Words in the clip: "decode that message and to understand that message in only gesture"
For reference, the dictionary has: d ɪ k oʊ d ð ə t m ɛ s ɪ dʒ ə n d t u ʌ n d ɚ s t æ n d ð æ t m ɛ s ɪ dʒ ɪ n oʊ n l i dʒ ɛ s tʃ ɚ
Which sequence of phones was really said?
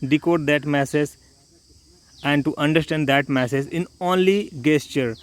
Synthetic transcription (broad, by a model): d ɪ k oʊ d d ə t m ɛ s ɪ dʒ ə n d t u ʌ n d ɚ s t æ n d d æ t m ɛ s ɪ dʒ ɪ n oʊ n l i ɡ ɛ s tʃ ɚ